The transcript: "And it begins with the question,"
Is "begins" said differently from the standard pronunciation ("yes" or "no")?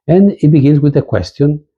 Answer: yes